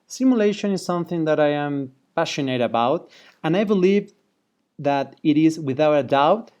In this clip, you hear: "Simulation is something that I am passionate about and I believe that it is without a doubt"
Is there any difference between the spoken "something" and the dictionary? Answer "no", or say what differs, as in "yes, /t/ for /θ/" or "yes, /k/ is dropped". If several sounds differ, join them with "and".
no